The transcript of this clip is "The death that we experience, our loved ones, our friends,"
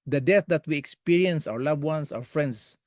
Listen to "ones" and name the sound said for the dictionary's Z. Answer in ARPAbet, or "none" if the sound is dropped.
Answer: S